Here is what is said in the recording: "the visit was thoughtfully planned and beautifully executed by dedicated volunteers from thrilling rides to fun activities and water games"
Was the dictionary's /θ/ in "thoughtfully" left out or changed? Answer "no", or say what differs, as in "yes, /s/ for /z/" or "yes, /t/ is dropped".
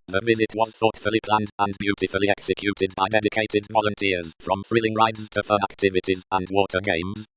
no